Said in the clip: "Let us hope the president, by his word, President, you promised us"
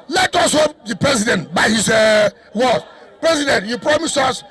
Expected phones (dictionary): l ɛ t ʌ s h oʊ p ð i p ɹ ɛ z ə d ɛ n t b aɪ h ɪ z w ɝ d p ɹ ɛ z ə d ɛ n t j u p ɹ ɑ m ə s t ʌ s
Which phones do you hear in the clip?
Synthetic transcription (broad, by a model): l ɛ t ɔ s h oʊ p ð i p ɹ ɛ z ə d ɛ n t b aɪ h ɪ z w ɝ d p ɹ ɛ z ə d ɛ n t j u p ɹ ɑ m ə s ʌ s